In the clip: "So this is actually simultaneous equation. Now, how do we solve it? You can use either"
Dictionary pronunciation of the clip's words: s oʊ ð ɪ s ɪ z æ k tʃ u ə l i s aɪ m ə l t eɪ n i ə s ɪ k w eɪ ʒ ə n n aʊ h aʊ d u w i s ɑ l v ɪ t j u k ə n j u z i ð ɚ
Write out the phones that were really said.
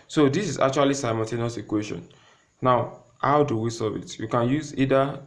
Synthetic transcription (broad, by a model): s oʊ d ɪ s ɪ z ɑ k tʃ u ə l i s aɪ m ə n t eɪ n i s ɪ k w eɪ ʃ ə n n aʊ h aʊ d u w i s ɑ v ɪ t j u k ə n j u z i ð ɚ